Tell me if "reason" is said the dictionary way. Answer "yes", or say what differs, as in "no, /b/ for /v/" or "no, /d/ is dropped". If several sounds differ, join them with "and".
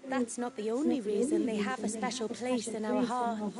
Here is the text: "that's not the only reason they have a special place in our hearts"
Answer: yes